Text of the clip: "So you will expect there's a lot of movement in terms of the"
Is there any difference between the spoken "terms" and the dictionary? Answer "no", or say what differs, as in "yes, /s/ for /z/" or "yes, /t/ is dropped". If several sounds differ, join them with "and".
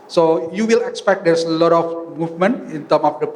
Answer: yes, /z/ is dropped